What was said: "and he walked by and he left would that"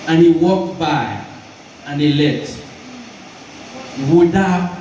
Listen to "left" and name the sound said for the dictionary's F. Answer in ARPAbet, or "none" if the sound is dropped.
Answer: none